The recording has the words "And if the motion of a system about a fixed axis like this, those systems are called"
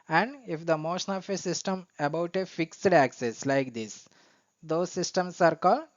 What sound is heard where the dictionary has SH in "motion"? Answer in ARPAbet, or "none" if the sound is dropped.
SH